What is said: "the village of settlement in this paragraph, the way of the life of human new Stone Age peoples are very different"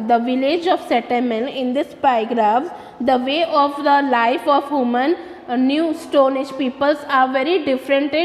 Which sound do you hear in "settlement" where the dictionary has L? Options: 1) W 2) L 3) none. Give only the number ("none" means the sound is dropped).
3